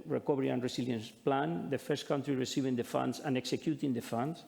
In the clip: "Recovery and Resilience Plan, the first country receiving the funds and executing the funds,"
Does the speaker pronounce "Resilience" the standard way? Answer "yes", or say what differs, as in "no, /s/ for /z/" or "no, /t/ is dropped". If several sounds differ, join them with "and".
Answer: no, /s/ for /z/